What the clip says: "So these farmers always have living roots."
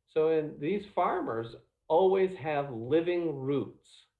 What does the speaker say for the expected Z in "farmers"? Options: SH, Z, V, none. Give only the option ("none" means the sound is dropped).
Z